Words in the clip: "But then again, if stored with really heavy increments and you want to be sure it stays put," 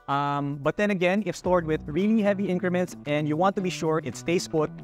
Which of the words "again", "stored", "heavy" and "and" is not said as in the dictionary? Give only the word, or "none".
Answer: none